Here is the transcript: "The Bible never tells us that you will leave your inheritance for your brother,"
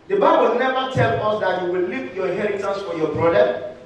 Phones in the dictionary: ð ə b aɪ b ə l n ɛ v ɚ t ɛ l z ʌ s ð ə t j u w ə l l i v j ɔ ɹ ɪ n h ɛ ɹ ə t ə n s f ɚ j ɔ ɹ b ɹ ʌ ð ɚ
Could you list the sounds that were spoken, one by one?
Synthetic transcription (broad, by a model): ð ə b aɪ b ə l n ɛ v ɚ t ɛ l ɔ s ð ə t j u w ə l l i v j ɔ h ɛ ɹ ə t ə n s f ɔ j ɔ b ɹ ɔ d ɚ